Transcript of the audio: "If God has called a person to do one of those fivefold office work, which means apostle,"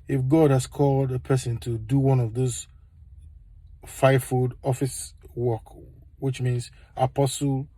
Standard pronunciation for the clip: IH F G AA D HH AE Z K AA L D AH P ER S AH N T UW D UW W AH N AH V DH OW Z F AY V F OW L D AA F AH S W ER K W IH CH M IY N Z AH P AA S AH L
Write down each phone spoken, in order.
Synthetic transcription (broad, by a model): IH F G AA D HH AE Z K AA L D AH P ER S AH N T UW D UW W AH N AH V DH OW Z F AY F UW D AA F AH S W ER K W IH CH M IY N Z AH P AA S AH L